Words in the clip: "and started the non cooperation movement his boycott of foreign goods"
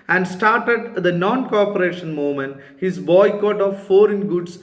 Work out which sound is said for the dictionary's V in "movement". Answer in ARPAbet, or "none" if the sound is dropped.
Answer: none